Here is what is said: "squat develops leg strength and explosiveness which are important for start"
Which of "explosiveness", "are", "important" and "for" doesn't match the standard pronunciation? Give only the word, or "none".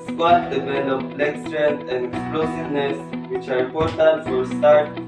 important